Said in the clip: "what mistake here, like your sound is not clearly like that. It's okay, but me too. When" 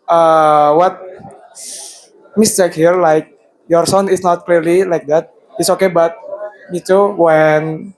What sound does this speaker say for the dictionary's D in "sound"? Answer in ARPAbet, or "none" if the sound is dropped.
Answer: none